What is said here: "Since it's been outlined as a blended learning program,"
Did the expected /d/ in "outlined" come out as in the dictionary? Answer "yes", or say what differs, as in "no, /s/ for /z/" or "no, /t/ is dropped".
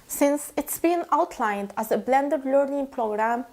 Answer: yes